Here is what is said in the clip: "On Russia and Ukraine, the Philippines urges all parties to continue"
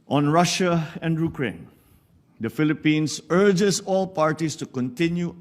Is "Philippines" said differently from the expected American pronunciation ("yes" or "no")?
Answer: yes